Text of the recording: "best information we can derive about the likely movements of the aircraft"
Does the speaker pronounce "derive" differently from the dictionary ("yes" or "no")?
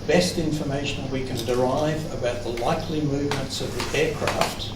no